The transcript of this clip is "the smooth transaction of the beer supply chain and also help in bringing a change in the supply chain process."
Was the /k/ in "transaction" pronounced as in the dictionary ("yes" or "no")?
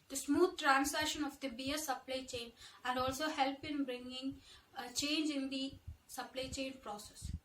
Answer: no